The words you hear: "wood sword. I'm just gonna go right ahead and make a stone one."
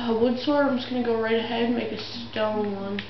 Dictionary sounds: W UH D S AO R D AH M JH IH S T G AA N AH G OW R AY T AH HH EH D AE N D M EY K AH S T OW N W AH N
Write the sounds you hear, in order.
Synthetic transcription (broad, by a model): W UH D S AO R AH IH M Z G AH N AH G OW R AY T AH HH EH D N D M EY K AH S T OW N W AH N